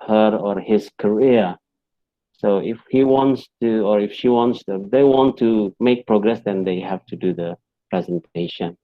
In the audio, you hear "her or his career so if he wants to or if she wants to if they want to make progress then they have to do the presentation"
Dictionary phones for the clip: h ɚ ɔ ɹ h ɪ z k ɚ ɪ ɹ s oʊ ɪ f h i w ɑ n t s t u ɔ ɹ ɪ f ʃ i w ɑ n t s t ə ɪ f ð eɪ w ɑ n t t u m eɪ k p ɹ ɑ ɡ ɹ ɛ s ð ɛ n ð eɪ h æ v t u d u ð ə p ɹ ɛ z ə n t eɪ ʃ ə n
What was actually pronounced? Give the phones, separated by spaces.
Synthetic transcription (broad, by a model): h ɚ ɔ ɹ h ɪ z k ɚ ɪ ɹ s oʊ ɪ f h i w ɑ n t s t u ɔ ɹ ɪ f ʃ i w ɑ n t s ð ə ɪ w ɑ n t t u m eɪ k p ɹ ɑ ɡ ɹ ɛ s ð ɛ n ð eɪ h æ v t u d u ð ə p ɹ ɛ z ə n t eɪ ʃ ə n